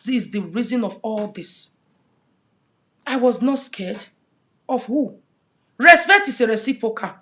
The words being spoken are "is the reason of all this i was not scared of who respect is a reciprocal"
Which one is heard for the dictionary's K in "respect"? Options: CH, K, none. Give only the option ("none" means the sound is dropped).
none